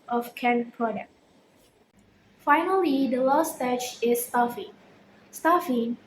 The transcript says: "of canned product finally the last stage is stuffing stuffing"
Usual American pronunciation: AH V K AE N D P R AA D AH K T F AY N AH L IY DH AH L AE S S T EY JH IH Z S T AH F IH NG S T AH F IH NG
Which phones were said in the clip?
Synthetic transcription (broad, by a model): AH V K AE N P R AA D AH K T F AY N AH L IY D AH L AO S S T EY CH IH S T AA F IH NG S T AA F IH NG